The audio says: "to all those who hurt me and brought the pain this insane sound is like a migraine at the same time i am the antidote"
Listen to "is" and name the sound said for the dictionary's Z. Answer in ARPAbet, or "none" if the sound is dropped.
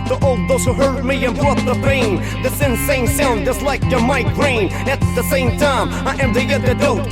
S